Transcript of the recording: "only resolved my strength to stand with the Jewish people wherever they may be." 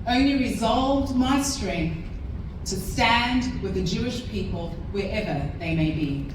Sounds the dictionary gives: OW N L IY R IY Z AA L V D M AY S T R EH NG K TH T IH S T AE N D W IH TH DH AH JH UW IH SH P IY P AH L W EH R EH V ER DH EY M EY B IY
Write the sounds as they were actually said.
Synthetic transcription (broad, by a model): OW N L IY R IY Z AA L V D M AY S T R EH NG K TH T IH S T AE N D W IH DH AH JH UW IH SH P IY P AH L W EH R EH V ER DH EY M EY B IY